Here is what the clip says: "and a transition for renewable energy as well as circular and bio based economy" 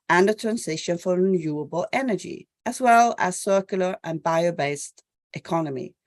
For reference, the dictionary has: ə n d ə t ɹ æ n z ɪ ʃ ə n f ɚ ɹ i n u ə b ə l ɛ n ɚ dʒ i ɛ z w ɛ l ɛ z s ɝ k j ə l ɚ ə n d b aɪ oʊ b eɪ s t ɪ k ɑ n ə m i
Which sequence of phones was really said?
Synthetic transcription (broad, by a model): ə n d ə t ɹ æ n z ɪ ʃ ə n f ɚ ɹ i n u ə b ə l ɛ n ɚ dʒ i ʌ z w ɛ l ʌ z s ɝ k j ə l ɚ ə n b aɪ oʊ b eɪ s t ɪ k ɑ n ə m i